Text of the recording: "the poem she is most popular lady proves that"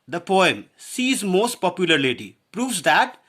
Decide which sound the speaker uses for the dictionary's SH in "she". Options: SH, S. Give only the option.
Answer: S